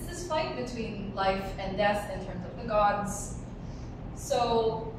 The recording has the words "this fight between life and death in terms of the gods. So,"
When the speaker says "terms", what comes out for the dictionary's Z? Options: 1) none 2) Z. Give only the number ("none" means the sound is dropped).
2